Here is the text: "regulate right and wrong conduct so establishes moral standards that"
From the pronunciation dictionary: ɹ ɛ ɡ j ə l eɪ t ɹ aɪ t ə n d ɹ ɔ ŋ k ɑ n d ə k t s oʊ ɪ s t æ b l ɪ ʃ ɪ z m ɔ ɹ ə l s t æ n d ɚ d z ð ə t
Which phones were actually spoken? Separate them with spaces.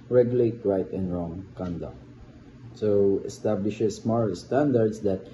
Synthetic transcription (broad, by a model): ɹ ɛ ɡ j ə l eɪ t ɹ aɪ t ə n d ɹ ɔ ŋ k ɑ n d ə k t s oʊ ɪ s t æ b l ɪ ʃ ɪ s m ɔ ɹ s t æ n d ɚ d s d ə t